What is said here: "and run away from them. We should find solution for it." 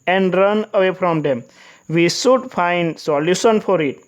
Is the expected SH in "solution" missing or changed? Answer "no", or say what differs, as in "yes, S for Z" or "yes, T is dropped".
yes, S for SH